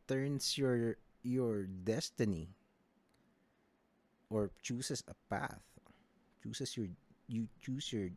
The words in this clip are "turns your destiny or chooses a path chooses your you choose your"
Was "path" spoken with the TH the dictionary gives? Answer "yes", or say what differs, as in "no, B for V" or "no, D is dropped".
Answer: yes